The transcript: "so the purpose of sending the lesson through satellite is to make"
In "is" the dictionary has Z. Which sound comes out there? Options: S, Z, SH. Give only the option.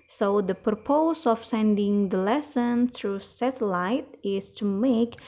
S